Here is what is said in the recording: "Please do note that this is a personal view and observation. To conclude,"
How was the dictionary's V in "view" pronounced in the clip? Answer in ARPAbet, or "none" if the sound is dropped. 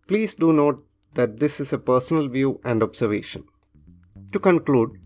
V